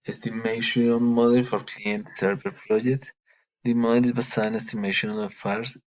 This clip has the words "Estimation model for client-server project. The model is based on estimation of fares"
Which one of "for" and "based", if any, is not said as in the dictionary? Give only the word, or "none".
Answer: based